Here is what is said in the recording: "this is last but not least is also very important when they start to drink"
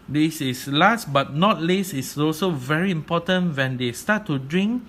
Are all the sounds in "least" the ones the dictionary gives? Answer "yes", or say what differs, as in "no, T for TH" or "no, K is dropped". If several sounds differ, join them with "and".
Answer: no, T is dropped